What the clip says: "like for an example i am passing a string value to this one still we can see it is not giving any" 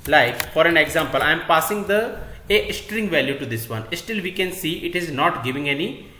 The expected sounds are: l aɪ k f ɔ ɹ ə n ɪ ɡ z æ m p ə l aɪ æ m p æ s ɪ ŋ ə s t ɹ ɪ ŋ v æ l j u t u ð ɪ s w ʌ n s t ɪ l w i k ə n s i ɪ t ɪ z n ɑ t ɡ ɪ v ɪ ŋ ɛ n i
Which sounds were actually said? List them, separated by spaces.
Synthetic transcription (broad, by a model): l aɪ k f ɔ ɹ ə n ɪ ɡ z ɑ m p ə l aɪ m p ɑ s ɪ ŋ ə s t ɹ ɪ ŋ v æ l j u t u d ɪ s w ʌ n s t ɪ l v i k ə n s i ɪ t ɪ z n ɑ t ɡ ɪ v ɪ ŋ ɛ n i